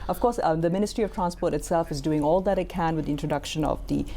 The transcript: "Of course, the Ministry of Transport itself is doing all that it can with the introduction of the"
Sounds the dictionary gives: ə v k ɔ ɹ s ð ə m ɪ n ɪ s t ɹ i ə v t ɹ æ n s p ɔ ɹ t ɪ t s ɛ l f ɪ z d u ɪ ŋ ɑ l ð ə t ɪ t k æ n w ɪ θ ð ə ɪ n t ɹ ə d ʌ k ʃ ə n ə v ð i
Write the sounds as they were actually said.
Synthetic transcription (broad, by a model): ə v k ɔ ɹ s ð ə m ɪ n ɪ s t ɹ i ə v t ɹ æ n s p ɔ ɹ t ɪ t s ɛ l f ɪ z d u ɪ ŋ ɑ l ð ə t ɪ t k æ n w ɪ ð ɪ n t ɹ ə d ʌ k ʃ ə n ə v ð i